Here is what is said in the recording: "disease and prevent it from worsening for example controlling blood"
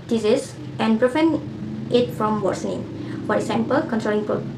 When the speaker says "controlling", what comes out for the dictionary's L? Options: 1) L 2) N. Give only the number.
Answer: 2